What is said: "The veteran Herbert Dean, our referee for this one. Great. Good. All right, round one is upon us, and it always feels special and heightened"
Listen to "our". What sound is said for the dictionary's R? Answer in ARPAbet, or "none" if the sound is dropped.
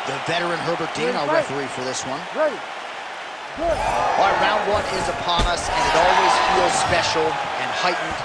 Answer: L